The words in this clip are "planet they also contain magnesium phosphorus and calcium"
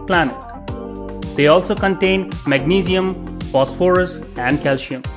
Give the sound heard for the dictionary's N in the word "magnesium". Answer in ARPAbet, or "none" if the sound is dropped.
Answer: N